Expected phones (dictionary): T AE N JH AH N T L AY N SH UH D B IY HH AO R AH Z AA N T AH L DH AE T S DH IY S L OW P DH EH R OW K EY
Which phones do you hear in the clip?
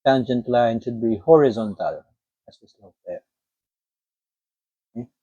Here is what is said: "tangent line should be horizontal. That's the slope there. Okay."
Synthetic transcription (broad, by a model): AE N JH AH N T L AY N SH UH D B IY HH AO R AH Z AA N T AH L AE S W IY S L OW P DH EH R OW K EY